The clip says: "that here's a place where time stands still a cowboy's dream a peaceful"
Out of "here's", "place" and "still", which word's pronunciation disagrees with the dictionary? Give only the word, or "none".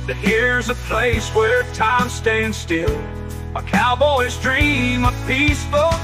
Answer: none